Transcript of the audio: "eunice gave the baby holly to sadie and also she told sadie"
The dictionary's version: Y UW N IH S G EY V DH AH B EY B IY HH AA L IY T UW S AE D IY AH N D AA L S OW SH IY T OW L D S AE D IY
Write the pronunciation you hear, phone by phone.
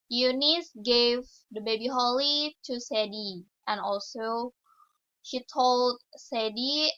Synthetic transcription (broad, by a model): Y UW N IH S G EY V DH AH B EY B IY HH AA L IY T UW S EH D IY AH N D AA L S OW SH IY T OW L D S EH D IY